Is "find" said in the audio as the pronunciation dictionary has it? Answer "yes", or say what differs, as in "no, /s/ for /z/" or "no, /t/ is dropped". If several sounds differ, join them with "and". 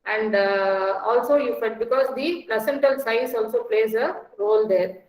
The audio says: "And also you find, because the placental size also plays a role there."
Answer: no, /n/ is dropped